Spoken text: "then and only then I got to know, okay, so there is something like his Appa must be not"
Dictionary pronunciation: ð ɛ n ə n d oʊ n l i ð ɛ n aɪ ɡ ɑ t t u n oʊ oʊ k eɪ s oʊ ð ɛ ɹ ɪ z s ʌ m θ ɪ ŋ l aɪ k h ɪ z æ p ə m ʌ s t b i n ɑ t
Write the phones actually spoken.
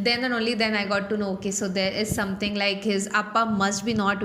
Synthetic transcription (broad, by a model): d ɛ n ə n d oʊ n l i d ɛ n aɪ ɡ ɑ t t u n oʊ oʊ k eɪ s oʊ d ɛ ɹ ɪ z s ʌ m t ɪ ŋ l aɪ k h ɪ z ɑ p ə m ʌ s t b i n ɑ t